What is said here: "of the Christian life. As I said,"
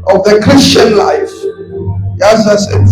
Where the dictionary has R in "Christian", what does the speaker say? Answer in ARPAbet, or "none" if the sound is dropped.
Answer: R